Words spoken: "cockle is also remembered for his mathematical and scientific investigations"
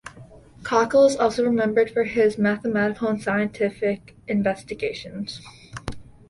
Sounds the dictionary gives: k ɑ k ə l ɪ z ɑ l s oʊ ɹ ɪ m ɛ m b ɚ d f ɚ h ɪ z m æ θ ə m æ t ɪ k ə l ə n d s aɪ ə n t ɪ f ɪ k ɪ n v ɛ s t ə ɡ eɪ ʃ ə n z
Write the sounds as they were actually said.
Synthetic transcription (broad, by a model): k ɑ k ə l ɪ z ɑ l s oʊ ɹ ɪ m ɛ m b ɚ d f ɚ ɪ z m æ θ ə m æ t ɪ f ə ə n s aɪ ə n t ɪ f ɪ k ɪ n v ɛ s t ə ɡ eɪ ʃ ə n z